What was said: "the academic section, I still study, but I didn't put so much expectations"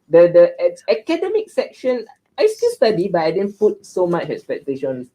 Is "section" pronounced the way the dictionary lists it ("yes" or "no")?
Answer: yes